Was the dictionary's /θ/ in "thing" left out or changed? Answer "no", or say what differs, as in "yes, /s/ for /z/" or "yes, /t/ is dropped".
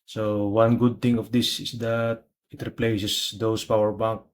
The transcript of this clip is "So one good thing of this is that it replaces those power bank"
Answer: yes, /t/ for /θ/